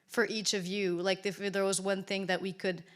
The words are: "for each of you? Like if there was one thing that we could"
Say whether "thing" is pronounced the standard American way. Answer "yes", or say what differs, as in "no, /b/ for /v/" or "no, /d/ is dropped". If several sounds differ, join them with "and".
yes